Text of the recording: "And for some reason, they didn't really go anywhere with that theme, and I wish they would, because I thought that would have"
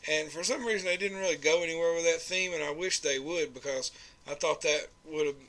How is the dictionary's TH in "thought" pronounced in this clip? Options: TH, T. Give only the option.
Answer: TH